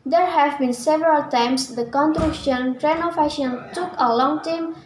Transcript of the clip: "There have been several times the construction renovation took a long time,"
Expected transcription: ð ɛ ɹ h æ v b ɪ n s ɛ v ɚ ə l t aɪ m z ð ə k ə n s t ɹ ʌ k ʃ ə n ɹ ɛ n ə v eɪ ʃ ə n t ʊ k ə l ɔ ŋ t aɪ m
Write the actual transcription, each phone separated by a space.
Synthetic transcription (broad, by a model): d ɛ ɹ h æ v b ɪ n s ɛ v ɚ ə l t aɪ m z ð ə k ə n t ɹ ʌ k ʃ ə n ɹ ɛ n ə f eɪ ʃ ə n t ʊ k ə l ɔ ŋ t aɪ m